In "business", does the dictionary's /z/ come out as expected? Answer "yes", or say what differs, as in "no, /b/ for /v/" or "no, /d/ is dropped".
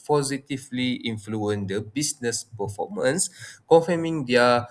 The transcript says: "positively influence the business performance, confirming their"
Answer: no, /s/ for /z/